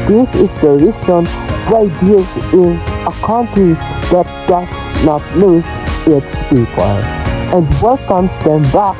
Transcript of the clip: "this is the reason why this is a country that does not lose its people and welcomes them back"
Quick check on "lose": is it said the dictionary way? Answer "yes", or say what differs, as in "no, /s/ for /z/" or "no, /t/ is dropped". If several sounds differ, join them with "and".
no, /n/ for /l/ and /s/ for /z/